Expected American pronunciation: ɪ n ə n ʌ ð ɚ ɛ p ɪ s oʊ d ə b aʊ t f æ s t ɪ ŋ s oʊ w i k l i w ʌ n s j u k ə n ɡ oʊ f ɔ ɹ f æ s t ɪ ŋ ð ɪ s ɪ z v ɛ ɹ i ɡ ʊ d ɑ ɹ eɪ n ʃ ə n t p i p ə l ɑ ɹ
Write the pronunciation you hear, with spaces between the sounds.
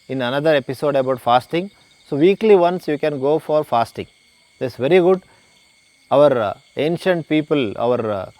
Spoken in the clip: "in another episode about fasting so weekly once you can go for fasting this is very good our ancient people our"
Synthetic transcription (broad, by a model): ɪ n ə n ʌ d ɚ ɛ p ɪ s oʊ d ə b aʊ t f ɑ s t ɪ ŋ s oʊ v i k l i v ʌ n s j u k ə n ɡ oʊ f ɔ ɹ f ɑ s t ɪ ŋ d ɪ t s v ɛ ɹ i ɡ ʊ d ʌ ɹ eɪ n ʃ ə n t p i p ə l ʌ ɹ